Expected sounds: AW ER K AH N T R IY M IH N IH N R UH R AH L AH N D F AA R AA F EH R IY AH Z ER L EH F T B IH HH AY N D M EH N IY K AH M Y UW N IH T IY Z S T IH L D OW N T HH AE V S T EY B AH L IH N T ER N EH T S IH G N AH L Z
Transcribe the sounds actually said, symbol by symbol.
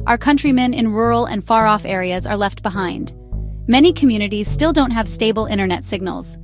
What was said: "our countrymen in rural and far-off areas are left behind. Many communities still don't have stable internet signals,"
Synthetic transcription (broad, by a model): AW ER K AH N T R IY M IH N IH N R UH R L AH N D F AA R AA F EH R IY AH Z ER L EH F T B IH HH AY N D M EH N IY K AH M Y UW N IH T IY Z S T IH L D OW N T HH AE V S T EY B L IH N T ER N EH T S IH G N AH L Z